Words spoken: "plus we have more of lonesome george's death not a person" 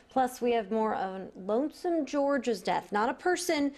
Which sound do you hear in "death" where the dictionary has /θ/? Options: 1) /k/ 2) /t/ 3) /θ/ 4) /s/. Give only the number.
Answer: 3